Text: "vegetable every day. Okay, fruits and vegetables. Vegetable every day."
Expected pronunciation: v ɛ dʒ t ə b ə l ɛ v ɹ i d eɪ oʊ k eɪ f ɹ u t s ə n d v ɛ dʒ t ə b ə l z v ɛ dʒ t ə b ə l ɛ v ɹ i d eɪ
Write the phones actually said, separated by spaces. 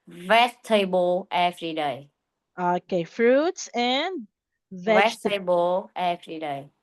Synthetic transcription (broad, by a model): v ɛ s t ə b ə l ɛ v ɹ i d eɪ oʊ k eɪ f ɹ u t s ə n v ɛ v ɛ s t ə b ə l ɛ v ɹ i d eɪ